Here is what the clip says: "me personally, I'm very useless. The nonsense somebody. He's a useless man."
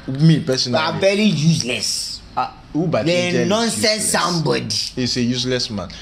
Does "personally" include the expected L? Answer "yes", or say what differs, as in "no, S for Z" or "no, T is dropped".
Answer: no, L is dropped